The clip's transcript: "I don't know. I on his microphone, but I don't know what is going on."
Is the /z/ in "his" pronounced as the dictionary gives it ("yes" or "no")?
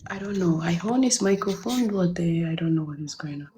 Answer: no